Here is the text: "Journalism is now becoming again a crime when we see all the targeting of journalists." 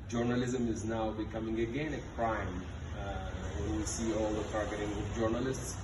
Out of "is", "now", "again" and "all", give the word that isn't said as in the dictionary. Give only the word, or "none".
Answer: none